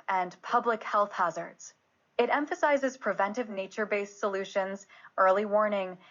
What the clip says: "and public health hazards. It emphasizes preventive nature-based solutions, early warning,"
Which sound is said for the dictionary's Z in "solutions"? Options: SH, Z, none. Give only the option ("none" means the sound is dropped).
Z